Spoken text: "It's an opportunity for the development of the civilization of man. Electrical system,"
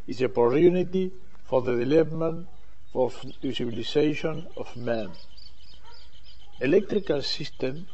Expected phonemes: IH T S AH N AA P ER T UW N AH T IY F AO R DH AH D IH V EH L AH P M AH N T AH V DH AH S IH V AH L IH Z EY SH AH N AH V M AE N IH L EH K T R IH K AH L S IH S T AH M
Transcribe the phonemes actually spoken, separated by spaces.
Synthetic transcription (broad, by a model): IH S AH P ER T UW N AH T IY F AO R DH AH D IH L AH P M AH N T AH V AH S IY B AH L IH S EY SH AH N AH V M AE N IH L EH K T R IH K AH L S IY S T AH M